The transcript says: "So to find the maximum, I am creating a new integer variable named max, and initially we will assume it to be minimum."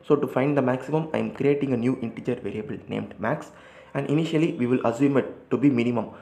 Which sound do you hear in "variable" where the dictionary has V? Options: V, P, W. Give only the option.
V